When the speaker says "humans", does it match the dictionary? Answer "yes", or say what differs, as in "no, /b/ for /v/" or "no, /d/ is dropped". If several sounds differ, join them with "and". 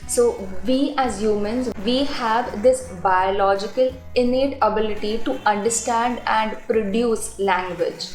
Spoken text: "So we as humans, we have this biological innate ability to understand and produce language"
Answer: yes